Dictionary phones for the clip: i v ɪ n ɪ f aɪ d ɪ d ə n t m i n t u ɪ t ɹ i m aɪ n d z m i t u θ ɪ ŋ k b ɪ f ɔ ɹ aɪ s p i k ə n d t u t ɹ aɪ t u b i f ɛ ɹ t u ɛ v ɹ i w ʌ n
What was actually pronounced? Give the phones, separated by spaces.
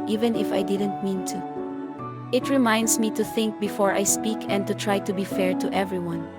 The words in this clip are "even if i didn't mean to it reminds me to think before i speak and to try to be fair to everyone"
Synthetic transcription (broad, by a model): i v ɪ n ɪ f aɪ d ɪ d ə n t m i n t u ɪ t ɹ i m aɪ n d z m i t u θ ɪ ŋ k b ɪ f ɔ ɹ aɪ s p i k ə n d t u t ɹ aɪ t u b i f ɛ ɹ t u ɛ v ɹ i w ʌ n